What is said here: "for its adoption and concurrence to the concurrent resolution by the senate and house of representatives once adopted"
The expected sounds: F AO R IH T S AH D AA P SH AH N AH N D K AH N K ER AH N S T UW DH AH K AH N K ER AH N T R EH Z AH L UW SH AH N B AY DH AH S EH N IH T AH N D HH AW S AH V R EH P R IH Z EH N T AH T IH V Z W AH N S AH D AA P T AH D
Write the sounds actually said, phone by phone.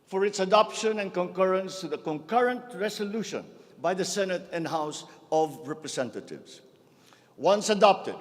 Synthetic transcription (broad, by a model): F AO R IH T S AH D AA P SH AH N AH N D K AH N K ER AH N S T UW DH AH K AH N K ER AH N T R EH S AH L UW SH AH N B AY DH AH S EH N IH T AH N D HH AW S AH V R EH P R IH S EH N T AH T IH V S W AH N S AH D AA P T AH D